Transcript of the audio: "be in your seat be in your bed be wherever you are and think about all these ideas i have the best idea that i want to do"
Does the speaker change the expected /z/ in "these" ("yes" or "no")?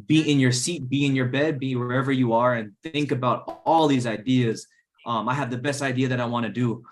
no